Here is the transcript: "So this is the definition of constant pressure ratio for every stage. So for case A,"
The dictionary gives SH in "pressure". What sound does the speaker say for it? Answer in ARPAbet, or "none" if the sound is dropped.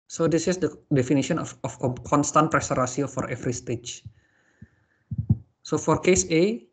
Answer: S